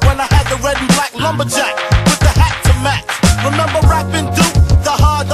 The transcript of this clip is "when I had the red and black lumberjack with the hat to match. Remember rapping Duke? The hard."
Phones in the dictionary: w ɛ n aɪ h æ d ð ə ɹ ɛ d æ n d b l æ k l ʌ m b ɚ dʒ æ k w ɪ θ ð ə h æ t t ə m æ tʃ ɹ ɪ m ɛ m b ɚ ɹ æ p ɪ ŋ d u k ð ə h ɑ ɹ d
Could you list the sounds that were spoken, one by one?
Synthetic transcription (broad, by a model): w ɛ n aɪ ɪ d ð ə ɹ ɛ d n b l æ k l ʌ m b ɚ dʒ æ k w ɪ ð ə h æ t t ə m æ tʃ ɹ ɪ m ɛ m b ɚ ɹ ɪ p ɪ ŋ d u ð ə h ɑ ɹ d